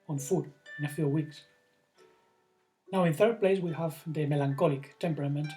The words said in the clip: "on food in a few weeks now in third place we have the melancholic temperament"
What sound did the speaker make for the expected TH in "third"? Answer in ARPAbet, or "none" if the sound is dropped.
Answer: TH